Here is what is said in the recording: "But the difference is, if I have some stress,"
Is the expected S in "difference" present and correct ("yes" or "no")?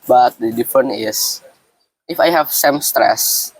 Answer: no